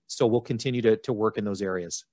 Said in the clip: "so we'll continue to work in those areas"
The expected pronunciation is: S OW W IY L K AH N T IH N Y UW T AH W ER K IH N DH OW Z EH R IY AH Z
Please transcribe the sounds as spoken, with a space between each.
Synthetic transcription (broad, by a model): S OW W IY L K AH N T IH N Y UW T AH W ER K IH N DH OW Z EH R IY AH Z